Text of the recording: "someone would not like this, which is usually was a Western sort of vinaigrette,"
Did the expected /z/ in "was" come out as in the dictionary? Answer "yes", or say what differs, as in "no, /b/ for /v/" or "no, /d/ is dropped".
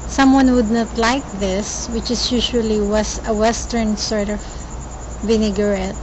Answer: no, /s/ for /z/